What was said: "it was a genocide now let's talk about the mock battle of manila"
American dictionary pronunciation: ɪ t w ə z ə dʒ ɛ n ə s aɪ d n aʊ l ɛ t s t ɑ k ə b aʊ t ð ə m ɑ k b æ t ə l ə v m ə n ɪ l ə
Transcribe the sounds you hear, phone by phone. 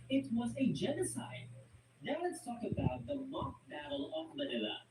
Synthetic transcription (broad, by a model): ɪ t w ə z ə dʒ ɛ n ə s aɪ d n aʊ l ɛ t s t ɑ k ə b aʊ t ð ə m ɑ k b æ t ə l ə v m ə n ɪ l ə